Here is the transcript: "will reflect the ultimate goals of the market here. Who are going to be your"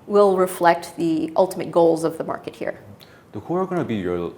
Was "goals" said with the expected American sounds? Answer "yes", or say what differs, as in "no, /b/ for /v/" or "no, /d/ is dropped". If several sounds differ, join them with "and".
yes